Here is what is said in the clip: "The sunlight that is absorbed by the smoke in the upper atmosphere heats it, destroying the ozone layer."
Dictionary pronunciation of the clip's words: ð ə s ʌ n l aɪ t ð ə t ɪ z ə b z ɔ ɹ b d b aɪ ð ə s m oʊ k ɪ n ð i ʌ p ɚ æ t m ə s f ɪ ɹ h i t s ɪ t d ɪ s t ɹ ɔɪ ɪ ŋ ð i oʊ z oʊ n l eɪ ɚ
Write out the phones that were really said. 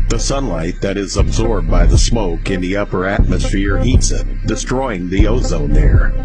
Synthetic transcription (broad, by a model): ð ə s ʌ n l aɪ t ð ə t ɪ z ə b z ɔ ɹ b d b aɪ ð ə s m oʊ k ɪ n ð i ʌ p ɚ æ t m ə s f ɪ ɹ h i t s ɪ t d ɪ s t ɹ ɔɪ ɪ ŋ ð i oʊ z oʊ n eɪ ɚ